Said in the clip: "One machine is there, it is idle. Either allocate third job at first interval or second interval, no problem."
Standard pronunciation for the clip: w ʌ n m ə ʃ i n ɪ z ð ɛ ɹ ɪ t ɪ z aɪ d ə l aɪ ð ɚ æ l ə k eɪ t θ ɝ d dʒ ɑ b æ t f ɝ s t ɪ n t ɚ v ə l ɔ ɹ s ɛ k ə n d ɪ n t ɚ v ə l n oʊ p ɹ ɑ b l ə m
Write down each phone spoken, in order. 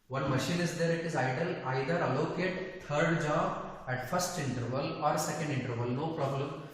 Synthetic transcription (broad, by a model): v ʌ n m ə ʃ i n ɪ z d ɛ ɹ ɪ t ɪ z aɪ d ə l aɪ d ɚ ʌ l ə k eɪ t t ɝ d dʒ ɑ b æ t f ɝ s t ɪ n t ɚ v ə l ɔ ɹ s ɛ k ə n d ɪ n t ɚ v ə l n oʊ p ɹ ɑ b l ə m